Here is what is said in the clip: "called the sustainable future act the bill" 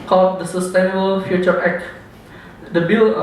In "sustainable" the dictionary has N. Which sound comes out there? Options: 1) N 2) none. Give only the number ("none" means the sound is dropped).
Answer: 1